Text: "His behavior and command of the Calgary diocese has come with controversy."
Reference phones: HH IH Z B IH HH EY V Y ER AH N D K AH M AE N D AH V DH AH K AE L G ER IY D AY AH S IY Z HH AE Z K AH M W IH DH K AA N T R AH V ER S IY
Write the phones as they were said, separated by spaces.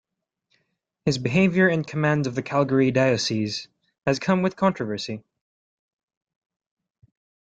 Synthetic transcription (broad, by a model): HH IH Z B IH HH EY V Y ER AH N K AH M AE N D AH V DH AH K AE L G ER IY D AY AH S IY Z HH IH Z K AH M W IH DH K AA N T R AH V ER S IY